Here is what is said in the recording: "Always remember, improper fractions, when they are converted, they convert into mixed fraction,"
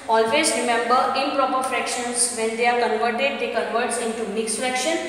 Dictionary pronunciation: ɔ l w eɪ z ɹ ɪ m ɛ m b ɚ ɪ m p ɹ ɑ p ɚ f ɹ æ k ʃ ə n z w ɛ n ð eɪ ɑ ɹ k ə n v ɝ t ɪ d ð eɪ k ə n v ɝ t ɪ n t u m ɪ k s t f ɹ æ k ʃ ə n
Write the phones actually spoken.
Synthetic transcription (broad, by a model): ɔ l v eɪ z ɹ ɪ m ɛ m b ɚ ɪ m p ɹ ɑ p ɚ f ɹ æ k ʃ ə n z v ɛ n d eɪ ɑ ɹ k ə n v ɝ t ɪ d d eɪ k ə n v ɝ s ɪ n t u m ɪ k s t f ɹ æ k ʃ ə n